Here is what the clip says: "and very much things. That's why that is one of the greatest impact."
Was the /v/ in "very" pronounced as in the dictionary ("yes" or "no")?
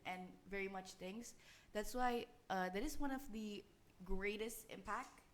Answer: yes